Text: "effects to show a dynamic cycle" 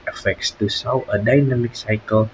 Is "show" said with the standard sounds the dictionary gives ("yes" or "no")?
no